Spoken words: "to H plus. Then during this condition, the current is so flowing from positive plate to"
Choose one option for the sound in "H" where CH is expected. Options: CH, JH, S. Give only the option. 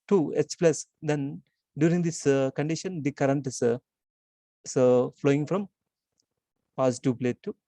S